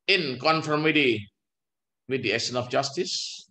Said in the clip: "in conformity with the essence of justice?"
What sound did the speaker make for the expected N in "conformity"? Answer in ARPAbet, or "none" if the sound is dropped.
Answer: N